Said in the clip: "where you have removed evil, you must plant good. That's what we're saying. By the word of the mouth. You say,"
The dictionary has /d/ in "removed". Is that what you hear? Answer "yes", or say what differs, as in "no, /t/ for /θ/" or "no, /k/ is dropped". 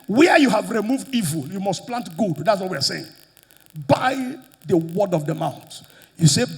yes